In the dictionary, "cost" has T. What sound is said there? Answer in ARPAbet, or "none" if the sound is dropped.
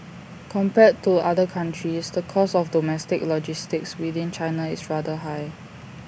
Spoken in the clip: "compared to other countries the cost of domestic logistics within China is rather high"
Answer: none